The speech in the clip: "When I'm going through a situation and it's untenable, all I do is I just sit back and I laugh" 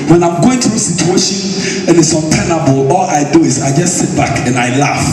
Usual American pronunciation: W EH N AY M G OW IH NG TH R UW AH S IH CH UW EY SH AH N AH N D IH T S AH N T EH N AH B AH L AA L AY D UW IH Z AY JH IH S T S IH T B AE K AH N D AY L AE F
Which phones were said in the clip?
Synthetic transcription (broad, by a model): W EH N AY M G OW IH NG T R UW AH S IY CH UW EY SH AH N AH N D IH T S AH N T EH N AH B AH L AA L AY D UW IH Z AY JH IH S T S IH T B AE K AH N AY L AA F